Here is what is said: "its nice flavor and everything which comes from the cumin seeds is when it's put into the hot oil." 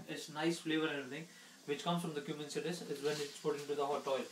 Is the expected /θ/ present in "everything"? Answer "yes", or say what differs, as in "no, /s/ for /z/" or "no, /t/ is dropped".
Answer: no, /t/ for /θ/